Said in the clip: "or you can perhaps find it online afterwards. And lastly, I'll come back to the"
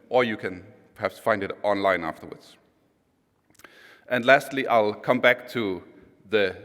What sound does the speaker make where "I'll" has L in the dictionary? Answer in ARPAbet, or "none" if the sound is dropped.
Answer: L